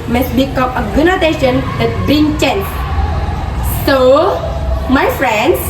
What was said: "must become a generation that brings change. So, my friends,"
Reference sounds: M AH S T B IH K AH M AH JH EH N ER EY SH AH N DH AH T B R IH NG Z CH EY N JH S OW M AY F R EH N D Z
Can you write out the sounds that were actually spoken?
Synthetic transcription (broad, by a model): M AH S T B IH K AH M AH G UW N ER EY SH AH N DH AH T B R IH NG CH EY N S S OW M AY F R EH N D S